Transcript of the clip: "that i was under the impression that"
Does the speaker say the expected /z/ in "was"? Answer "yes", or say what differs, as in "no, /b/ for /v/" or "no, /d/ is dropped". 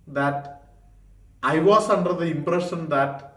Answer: no, /s/ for /z/